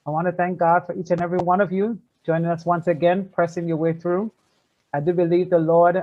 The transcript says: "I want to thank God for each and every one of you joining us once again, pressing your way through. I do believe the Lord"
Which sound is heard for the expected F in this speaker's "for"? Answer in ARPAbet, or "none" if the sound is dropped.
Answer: F